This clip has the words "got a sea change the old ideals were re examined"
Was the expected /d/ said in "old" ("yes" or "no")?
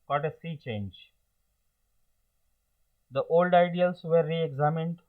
yes